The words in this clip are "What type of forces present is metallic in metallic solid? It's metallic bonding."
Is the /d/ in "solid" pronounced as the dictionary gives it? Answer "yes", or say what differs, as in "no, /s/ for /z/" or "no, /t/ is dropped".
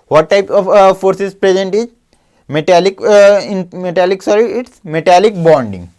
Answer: no, /d/ is dropped